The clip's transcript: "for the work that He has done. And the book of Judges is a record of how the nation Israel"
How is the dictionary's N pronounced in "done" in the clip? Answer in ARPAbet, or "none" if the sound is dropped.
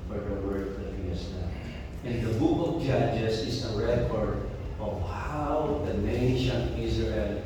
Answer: none